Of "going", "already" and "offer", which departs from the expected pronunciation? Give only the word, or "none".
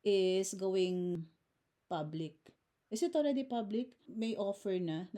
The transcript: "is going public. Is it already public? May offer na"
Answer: none